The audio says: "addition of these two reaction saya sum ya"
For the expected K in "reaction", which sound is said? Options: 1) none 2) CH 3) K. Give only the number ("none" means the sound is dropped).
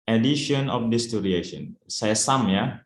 1